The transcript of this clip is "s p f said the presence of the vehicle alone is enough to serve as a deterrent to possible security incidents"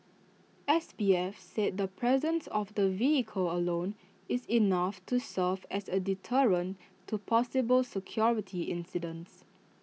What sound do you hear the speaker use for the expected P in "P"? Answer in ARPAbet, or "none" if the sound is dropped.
B